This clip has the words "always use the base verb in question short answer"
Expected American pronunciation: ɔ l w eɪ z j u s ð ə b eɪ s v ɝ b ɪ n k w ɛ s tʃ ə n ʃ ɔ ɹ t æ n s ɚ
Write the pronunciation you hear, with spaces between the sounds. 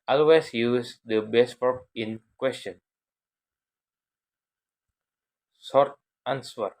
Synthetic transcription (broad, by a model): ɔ l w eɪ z j u s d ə b eɪ s f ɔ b ɪ n k w ɛ s tʃ ə n s ɔ ɹ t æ n s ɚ